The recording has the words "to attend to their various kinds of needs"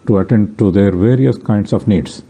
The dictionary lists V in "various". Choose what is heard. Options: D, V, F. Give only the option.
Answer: V